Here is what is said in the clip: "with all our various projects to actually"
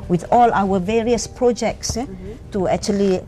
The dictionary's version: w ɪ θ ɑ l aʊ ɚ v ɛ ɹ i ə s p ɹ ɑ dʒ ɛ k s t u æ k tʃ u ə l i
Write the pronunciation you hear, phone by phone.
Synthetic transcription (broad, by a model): w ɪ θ ɑ l aʊ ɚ v ɛ ɹ i ə s p ɹ ɑ dʒ ɛ k s t u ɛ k tʃ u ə l i